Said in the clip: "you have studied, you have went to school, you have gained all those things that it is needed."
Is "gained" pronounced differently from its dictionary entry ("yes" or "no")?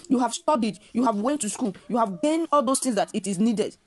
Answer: yes